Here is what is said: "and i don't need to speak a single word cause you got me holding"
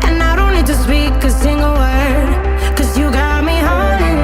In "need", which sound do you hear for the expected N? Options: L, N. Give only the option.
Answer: L